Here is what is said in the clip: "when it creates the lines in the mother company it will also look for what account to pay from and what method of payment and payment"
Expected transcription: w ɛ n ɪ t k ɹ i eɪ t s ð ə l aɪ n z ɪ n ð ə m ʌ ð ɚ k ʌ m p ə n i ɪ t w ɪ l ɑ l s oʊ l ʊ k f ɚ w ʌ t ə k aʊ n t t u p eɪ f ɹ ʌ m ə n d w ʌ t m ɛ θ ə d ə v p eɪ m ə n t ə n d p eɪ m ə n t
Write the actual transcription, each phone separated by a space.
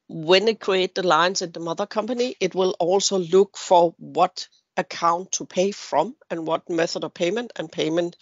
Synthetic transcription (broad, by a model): w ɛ n ɪ t k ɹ i eɪ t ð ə l aɪ n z ɪ n ð ə m ʌ ð ɚ k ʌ m p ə n i ɪ t w ɪ l ɑ l s oʊ l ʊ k f ɚ w ʌ t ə k aʊ n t t u p eɪ f ɹ ʌ m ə n w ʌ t m ɛ θ ə d ə v p eɪ m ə n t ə n p eɪ m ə n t